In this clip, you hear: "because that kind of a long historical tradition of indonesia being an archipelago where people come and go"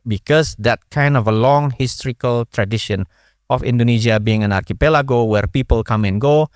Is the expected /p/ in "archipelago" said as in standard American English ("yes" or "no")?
yes